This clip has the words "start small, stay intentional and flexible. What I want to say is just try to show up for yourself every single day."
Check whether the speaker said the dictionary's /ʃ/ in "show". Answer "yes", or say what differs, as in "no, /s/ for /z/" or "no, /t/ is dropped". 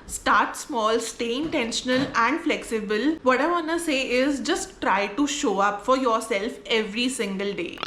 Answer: yes